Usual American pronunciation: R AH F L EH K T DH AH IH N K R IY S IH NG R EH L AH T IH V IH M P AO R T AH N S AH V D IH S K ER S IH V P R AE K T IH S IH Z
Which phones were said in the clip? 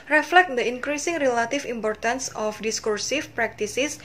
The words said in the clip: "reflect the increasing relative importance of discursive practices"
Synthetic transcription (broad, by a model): R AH F L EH K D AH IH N K R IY S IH NG R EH L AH T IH F IH M P AO R T AH N S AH F D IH S K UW S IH F P R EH K T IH S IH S